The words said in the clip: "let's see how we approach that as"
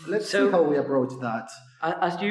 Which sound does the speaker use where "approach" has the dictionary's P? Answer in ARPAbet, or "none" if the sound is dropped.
B